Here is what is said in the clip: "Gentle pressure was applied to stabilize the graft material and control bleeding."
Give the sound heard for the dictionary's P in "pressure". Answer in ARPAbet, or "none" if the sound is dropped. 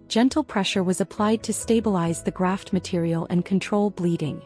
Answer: P